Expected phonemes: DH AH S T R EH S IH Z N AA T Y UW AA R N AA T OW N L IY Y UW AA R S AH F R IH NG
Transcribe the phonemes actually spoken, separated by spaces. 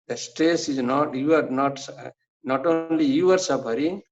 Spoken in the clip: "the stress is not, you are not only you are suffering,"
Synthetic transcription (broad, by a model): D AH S T EH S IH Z N AA T Y UW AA R N AA T OW N L IY Y UW AA R S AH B R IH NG